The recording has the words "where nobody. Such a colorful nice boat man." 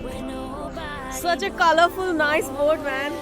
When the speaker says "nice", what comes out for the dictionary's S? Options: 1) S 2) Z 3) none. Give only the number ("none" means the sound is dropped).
1